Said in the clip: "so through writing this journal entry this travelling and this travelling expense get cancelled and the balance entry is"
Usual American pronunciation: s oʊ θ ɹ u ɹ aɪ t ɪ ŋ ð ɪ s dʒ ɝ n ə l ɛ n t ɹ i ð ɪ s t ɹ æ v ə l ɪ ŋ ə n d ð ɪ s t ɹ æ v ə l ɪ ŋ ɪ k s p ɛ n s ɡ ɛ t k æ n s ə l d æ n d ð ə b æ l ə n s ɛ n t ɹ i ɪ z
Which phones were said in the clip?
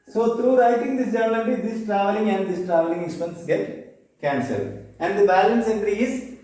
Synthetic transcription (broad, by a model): s oʊ t ɹ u ɹ aɪ t ɪ ŋ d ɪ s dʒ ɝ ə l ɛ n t i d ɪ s t ɹ æ v ə l ɪ ŋ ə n d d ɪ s t ɹ æ v ə l ɪ ŋ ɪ k s p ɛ n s ɡ ɛ t k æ n s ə d æ n d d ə b æ l ə n s ɛ n t ɹ i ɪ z